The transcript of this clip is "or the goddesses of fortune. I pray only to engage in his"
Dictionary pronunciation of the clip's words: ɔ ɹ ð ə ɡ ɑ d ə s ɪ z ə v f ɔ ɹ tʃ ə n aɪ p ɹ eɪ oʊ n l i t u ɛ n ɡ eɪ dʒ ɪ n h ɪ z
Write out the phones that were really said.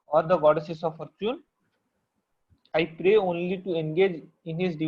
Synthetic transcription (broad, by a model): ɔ ɹ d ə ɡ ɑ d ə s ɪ s ə v f ɔ ɹ tʃ ə n aɪ p ɹ eɪ oʊ n l i t u ɛ n ɡ eɪ dʒ ɪ n h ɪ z